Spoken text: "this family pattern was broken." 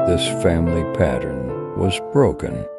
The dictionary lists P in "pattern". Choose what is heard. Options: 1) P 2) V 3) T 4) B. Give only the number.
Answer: 1